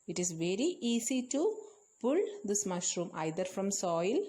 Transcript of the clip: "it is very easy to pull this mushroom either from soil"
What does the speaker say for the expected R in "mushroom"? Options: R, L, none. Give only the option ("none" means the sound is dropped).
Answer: R